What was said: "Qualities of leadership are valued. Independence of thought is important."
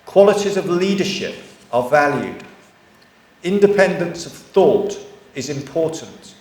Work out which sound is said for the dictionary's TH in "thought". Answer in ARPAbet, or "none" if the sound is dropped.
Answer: TH